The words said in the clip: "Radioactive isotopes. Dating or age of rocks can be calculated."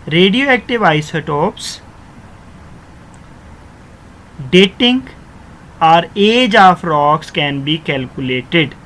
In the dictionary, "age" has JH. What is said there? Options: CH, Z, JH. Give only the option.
JH